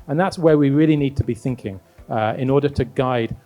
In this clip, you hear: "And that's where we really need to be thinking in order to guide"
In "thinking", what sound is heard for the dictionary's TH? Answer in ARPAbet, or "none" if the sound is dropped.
TH